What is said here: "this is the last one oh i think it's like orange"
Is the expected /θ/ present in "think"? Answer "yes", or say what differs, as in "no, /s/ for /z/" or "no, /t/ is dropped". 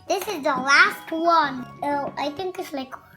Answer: no, /t/ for /θ/